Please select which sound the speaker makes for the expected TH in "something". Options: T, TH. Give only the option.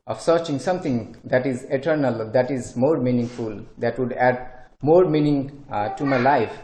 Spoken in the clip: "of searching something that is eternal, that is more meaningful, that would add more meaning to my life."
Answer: T